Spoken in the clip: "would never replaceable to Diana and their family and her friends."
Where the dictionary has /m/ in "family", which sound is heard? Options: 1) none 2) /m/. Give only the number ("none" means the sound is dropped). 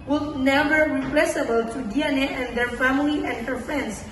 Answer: 2